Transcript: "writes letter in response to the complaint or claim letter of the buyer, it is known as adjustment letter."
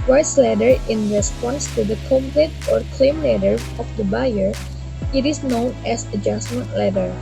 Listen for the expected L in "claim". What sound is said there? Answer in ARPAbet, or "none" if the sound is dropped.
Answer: L